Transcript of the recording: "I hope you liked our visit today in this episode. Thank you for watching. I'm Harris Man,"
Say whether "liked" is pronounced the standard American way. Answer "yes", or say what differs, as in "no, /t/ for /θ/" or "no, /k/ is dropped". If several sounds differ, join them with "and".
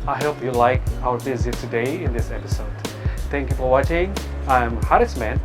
no, /t/ is dropped